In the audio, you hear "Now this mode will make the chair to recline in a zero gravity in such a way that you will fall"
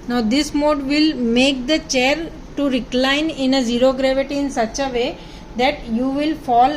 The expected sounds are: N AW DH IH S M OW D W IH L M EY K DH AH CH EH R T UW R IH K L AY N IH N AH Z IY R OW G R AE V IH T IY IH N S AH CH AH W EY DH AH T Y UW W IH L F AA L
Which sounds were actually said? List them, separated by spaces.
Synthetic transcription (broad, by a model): N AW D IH S M OW D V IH L M EY K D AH CH EH R T UW R IH K L AY N IH N AH Z IY R OW G R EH V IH T IY IH N S AH CH AH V EY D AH T Y UW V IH L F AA L